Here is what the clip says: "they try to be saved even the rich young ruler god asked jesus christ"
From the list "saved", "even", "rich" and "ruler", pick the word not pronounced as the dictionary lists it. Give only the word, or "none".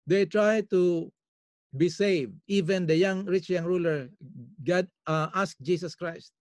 none